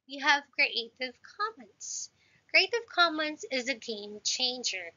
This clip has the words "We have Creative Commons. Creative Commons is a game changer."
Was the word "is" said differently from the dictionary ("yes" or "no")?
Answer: no